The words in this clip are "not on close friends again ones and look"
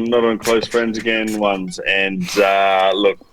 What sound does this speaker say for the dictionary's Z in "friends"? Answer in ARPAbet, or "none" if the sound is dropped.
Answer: Z